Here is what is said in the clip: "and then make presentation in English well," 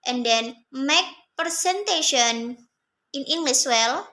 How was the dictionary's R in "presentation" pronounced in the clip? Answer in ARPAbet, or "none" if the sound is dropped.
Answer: none